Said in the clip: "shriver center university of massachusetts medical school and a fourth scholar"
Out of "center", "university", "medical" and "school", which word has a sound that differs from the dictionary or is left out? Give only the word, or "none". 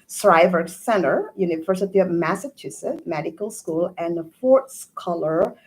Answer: university